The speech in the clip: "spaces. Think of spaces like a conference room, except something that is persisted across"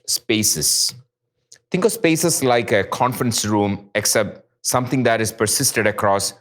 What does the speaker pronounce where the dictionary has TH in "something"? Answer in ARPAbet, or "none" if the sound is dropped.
T